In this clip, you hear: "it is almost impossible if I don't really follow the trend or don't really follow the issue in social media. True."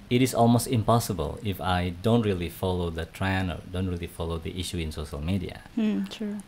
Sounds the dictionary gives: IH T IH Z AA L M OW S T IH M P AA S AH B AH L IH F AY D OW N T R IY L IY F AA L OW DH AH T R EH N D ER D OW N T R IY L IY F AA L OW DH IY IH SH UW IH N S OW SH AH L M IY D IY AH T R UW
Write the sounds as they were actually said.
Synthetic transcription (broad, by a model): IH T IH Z AA L M OW S T IH M P AA S AH B AH L IH F AY D OW N T R IY L IY F AA L OW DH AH T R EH N ER D OW N T R IY L IY F AA L OW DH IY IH SH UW IH N S OW SH AH L M IY D IY AH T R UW